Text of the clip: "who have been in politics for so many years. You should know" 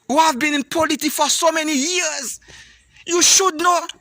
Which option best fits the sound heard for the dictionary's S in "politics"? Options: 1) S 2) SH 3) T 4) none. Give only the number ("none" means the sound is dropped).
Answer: 4